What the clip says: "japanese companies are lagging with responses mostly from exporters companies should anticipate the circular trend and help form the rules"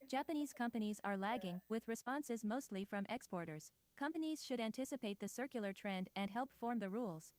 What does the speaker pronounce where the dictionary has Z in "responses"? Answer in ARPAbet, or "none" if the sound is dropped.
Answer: Z